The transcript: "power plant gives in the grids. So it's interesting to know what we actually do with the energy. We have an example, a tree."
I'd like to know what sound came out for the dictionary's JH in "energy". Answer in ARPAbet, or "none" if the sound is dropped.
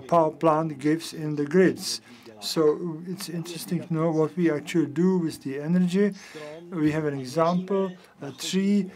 JH